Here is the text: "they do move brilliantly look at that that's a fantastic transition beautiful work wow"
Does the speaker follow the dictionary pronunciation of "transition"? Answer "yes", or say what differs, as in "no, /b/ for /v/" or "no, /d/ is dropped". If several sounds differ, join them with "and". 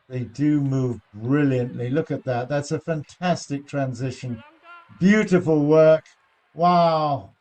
yes